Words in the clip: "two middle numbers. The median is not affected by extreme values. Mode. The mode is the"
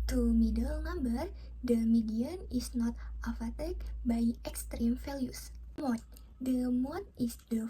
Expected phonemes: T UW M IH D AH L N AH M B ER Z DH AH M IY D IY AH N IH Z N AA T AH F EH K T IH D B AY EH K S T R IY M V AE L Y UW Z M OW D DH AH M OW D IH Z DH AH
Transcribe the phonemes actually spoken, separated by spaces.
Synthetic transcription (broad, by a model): T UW M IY D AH L N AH M B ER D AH M IY D IY AH N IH S N AA T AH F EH T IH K B AY EH K S T R IY M F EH L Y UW S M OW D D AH M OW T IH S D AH